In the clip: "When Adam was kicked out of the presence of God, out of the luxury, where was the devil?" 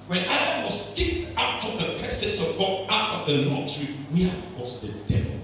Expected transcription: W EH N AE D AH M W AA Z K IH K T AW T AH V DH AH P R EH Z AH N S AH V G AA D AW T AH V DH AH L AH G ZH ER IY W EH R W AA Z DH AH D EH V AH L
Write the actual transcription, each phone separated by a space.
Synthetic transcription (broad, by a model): W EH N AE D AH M W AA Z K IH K T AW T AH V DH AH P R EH S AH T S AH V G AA AW T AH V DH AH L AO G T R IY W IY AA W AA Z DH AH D EH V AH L